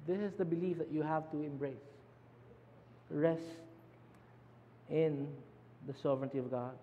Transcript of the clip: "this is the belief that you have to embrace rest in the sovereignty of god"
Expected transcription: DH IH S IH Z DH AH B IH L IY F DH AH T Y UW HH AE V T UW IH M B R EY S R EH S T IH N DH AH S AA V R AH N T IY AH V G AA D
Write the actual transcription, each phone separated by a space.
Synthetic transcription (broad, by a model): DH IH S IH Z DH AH B IH L IY F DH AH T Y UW HH AE V T UW IH M B R EY S R EH S T IH N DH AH S AA V R AH N T IY AH V G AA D